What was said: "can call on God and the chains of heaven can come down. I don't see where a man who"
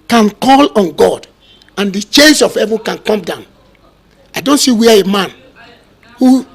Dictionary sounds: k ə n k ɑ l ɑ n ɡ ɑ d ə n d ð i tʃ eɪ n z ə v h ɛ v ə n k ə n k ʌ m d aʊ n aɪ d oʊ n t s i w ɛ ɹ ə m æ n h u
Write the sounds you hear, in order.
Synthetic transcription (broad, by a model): k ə n k ɑ l ɑ n ɡ ɑ d ə n d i tʃ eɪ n s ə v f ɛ v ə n k ə n k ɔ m d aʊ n aɪ d oʊ n t s i w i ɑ ə m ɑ n h u